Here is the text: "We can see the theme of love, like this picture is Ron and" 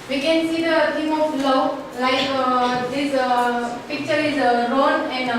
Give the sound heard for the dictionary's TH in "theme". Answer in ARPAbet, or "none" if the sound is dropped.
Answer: T